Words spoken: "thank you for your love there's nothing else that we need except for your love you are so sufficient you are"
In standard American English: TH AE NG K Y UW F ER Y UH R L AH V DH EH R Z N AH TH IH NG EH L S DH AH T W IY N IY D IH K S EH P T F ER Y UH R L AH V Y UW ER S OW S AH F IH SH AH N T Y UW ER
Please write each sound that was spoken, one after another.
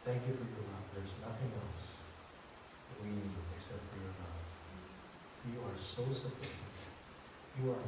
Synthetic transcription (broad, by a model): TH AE NG K Y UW F ER Y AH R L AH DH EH R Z N AH TH IH NG EH L S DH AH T W IY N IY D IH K S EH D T F ER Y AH R N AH F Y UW ER S OW S AH F IH SH AH N T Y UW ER